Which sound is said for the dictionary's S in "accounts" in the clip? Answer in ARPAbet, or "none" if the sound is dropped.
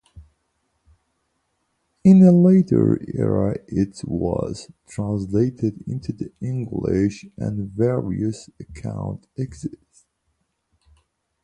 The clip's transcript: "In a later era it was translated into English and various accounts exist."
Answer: none